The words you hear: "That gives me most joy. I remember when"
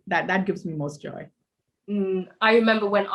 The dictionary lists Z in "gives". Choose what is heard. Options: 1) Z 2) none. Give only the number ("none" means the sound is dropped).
1